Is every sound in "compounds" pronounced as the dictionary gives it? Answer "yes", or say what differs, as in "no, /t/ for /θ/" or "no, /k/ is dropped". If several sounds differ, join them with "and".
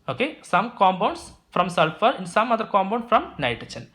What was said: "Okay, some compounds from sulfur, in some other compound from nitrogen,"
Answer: no, /b/ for /p/ and /s/ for /z/